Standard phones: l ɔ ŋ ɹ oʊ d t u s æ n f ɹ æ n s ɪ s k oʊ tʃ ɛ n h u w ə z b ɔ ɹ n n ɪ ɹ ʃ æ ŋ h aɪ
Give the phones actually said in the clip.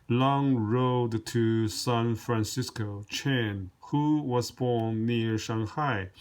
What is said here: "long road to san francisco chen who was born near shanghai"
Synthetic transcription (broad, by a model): l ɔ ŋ ɹ oʊ d t u s æ n f ɹ æ n s ɪ s k oʊ tʃ ɛ n h u w ə z b ɔ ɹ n n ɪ ɹ ʃ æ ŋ h aɪ